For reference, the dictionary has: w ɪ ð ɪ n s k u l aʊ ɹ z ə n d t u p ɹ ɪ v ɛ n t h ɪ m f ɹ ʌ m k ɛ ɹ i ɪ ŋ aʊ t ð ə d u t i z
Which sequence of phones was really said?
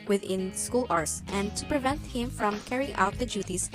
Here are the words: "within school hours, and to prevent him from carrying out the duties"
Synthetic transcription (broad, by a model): w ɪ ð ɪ n s k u l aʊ ɹ s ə n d t u p ɹ ɪ v ɛ n t h ɪ m f ɹ ʌ m k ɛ ɹ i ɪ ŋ aʊ t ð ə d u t i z